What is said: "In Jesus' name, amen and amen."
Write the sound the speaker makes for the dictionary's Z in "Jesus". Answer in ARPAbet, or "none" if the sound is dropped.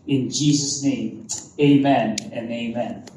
Z